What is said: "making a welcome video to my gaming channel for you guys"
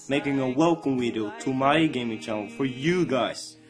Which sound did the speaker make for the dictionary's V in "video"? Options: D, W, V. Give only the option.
W